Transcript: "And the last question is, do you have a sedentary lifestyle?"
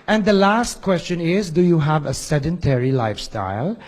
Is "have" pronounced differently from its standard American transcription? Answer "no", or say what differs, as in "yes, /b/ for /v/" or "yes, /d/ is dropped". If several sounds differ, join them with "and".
no